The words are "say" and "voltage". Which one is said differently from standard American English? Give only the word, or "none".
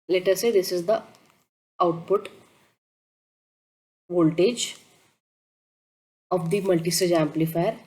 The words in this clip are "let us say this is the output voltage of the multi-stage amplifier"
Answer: none